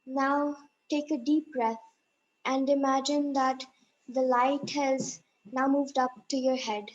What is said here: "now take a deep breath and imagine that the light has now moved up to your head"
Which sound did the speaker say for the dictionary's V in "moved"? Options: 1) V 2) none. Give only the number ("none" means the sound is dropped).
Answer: 1